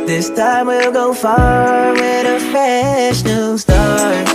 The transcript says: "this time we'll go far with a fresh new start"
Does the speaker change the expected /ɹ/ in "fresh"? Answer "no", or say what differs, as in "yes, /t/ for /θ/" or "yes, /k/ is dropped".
yes, /ɹ/ is dropped